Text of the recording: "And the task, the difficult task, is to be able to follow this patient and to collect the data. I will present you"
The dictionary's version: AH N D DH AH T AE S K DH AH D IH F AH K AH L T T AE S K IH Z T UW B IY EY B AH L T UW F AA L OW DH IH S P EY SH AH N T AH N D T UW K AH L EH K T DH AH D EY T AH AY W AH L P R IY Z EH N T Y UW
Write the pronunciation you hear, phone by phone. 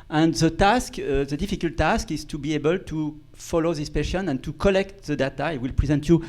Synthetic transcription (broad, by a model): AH N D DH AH T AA S K DH AH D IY F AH K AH L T T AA S K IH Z T UW B IY EY B AH L T UW F AA L OW DH IH S P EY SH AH N AH N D T UW K AH L EH K T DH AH D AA T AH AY W AH L P R IY Z EH N T Y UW